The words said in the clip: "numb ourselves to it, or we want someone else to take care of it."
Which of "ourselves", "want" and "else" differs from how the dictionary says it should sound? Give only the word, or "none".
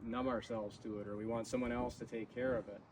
none